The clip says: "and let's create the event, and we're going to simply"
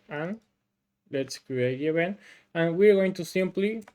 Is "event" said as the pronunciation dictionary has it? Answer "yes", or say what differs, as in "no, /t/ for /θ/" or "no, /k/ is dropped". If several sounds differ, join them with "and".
no, /b/ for /v/ and /t/ is dropped